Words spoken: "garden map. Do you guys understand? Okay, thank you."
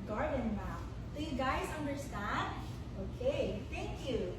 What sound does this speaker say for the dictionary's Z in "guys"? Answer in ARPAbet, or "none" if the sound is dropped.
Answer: Z